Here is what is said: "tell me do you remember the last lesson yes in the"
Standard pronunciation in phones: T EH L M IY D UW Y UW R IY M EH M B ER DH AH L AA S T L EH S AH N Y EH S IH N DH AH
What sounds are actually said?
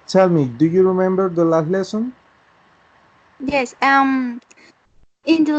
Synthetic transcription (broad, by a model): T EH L M IY D UW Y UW R IY M EH M B ER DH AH L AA T L EH S AH N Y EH S IH N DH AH